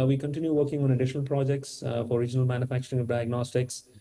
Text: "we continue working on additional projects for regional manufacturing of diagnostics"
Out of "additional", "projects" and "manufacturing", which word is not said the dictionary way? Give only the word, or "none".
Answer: none